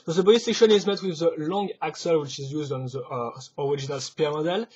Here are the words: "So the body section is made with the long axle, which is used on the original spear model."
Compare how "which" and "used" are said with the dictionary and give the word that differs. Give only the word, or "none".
none